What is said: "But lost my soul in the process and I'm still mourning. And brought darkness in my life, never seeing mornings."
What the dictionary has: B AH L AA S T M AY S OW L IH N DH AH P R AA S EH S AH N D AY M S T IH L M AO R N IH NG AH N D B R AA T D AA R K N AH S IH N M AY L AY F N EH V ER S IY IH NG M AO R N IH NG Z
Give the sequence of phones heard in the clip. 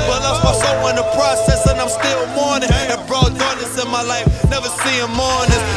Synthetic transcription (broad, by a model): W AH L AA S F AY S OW W IH N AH P R AA S EH S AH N AY M S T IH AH M AO R N IH NG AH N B R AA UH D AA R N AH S IH N M AY L AY F N EH V ER S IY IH M AO R N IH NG